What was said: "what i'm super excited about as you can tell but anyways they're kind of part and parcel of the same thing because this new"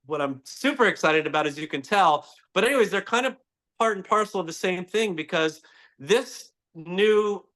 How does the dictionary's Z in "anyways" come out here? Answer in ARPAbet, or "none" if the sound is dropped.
Z